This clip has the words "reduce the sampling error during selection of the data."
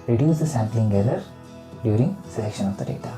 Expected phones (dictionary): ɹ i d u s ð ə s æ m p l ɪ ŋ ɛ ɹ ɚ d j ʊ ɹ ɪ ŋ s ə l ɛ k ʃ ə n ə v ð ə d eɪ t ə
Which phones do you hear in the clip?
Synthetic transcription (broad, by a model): ɹ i d u s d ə s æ m p l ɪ ŋ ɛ l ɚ d j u ɹ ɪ ŋ s ə l ɛ k ʃ ə n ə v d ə d eɪ t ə